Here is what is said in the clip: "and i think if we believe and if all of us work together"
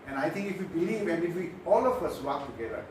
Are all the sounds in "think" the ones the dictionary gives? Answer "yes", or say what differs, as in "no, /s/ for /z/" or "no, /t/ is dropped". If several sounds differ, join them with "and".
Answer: no, /t/ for /θ/